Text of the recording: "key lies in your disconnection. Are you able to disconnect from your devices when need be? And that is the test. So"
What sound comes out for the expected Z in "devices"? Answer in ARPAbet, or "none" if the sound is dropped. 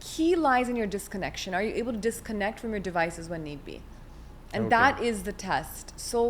Z